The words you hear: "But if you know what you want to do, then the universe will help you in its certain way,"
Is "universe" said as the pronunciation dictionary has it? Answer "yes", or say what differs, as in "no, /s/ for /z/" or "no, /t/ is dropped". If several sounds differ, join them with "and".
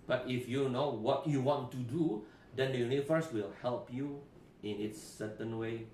no, /f/ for /v/